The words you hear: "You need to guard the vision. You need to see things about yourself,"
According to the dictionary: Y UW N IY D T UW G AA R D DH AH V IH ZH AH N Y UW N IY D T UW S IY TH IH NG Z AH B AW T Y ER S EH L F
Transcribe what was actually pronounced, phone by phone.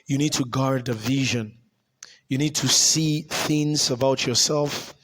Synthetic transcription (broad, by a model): Y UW N IY D T UW G AA R D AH V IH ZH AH N Y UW N IY D T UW S IY TH IH NG Z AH B AW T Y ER S EH L F